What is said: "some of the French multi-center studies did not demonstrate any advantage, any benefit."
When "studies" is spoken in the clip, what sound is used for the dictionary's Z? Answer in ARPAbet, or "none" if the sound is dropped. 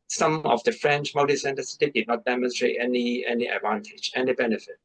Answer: none